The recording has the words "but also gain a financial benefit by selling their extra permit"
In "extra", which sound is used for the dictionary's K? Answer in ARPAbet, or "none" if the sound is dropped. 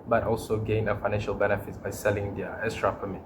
none